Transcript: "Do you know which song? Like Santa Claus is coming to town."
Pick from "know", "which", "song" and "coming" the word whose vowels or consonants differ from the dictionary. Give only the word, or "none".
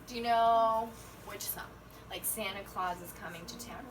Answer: song